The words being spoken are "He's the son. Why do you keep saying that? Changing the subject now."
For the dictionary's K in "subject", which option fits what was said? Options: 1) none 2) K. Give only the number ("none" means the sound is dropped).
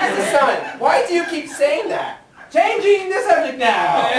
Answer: 1